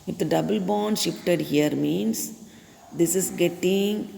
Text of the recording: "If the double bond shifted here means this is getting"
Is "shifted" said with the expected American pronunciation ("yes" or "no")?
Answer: yes